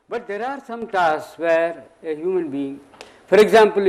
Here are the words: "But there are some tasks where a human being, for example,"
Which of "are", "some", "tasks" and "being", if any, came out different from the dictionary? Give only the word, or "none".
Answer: tasks